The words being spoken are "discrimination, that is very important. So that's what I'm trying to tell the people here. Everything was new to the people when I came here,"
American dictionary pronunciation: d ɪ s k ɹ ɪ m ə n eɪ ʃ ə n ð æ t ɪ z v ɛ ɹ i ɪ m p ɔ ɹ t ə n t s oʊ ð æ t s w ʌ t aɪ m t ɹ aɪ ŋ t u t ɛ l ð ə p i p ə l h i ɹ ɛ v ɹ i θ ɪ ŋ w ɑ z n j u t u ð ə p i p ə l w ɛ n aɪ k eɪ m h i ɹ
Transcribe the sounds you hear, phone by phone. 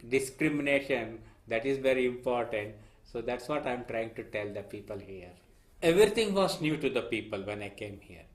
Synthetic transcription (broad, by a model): d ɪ s k ɹ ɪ m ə n eɪ ʃ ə n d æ t ɪ z v ɛ ɹ i ɪ m p ɔ ɹ t ə n t s oʊ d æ t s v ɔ t aɪ m t ɹ aɪ ŋ t u t ɛ l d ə p i p ə l h i ɹ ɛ v ɹ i t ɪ ŋ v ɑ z n j u t u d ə p i p ə l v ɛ n aɪ k eɪ m h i ɹ